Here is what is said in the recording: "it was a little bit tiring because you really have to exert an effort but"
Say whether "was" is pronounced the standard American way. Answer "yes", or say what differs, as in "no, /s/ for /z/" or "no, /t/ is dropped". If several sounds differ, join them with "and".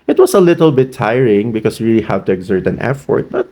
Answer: no, /s/ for /z/